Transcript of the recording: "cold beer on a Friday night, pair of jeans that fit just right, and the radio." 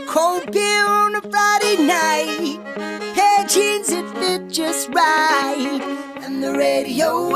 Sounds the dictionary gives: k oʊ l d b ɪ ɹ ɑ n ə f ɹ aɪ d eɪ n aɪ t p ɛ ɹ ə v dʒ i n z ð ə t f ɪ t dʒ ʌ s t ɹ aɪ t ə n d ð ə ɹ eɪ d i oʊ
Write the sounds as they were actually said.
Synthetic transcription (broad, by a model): k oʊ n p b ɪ l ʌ n ə f ɹ aɪ d eɪ n aɪ t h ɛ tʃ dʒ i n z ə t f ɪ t dʒ ʌ s t ɹ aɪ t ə n ð ə ɹ eɪ d i oʊ